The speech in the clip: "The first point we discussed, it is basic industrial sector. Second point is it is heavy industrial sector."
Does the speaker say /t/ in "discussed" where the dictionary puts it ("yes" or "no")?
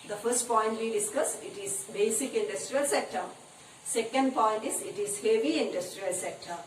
no